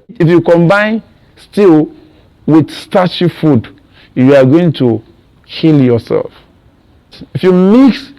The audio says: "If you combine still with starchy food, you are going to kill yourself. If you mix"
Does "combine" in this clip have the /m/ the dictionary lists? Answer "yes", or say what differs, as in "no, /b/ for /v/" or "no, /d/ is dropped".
yes